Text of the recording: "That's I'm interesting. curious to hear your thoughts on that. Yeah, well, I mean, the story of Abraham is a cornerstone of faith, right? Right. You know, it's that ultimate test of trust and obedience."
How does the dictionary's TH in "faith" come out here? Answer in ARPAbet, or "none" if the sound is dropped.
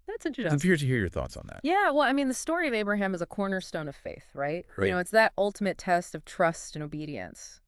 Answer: TH